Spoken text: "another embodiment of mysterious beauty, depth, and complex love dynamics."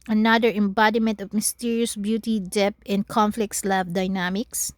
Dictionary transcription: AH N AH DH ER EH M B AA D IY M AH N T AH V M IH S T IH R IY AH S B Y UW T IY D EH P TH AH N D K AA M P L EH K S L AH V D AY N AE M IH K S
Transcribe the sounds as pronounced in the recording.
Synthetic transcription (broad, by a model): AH N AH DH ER EH M B AA D IY M AH N T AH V M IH S T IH R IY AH S B Y UW T IY D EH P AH N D K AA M F L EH K S L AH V D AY N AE M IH K S